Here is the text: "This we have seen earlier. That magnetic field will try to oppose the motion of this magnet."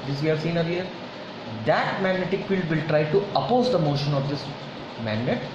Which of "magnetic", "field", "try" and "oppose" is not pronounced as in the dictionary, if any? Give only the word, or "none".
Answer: none